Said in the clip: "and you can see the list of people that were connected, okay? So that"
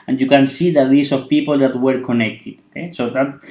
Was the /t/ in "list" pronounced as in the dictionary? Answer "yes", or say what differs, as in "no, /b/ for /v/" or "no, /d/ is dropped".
no, /t/ is dropped